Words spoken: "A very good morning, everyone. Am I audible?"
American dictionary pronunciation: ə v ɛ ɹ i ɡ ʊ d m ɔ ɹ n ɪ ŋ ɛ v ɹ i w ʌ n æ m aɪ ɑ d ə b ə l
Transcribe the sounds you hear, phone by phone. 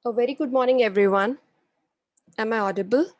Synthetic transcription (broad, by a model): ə v ɛ ɹ i ɡ ʊ d m ɔ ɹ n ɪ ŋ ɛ v ɹ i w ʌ n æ m aɪ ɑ d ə b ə l